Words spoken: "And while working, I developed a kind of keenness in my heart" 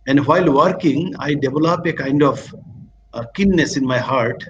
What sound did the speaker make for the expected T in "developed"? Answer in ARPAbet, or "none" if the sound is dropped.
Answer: none